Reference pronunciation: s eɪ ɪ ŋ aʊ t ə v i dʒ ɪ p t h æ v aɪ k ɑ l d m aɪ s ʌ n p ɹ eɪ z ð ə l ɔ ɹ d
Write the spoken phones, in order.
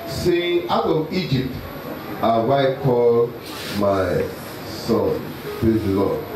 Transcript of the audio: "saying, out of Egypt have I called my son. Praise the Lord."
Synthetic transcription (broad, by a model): s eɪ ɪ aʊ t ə i dʒ ɪ p t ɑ w aɪ k ɑ l m aɪ s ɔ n p ɹ eɪ z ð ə l ɔ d